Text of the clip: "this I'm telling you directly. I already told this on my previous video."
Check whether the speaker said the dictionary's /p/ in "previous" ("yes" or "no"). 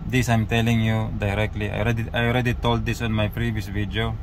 yes